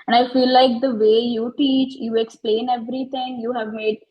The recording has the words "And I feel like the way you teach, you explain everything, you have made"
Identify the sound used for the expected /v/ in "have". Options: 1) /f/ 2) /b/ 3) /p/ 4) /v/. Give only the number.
4